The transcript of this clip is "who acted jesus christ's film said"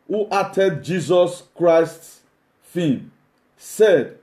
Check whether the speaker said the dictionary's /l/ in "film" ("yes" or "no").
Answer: no